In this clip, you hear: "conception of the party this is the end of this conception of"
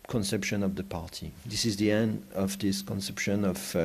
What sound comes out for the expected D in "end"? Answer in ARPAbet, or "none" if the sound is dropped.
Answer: D